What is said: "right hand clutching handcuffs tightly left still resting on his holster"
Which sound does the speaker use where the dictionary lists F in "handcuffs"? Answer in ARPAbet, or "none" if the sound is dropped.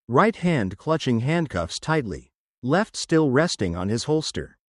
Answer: F